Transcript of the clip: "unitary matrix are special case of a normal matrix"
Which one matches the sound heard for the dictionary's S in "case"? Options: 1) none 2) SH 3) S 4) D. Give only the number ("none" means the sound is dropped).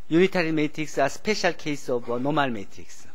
3